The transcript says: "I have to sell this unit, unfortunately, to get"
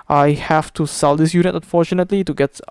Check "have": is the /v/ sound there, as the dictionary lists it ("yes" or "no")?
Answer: no